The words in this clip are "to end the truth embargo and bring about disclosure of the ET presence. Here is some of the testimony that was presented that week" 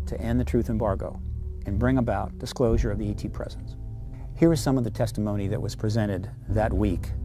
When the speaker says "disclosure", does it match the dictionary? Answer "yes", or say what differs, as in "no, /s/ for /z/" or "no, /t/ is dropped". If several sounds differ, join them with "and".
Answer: yes